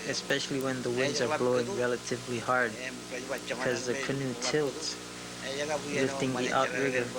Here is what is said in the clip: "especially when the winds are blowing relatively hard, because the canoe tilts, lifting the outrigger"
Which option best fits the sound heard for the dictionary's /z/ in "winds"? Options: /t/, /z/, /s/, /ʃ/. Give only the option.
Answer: /z/